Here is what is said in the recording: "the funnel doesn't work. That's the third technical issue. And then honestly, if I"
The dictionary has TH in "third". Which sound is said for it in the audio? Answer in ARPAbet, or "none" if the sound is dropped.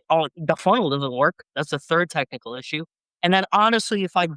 TH